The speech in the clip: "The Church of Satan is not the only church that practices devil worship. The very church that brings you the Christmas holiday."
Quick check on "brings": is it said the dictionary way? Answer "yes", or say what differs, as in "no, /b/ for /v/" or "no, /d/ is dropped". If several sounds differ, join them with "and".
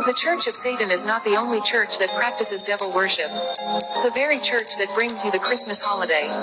yes